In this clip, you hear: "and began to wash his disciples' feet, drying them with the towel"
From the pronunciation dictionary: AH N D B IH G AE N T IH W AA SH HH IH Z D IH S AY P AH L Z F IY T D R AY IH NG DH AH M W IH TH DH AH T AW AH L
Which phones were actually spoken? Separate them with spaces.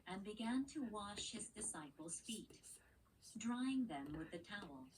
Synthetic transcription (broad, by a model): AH N B IH G AE N T IH W AA SH HH IH Z D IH S AY P L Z F IY T D R AY IH NG DH AH M W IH DH AH T AW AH L